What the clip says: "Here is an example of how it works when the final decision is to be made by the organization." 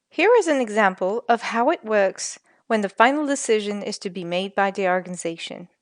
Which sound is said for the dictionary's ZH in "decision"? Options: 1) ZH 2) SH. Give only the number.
1